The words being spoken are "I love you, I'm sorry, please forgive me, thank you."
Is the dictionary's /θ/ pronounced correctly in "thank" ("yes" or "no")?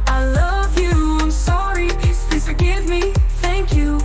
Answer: yes